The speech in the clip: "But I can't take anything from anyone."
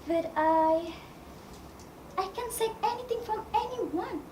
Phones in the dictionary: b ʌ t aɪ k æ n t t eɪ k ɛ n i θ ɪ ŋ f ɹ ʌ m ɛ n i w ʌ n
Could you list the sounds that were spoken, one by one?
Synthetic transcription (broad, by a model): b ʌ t aɪ k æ n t s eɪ ɛ n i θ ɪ ŋ f ɹ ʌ m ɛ n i w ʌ n